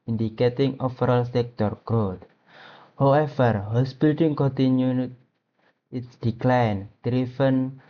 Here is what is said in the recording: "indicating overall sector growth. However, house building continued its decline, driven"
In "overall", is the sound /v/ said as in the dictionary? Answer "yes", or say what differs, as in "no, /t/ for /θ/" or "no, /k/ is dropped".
no, /f/ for /v/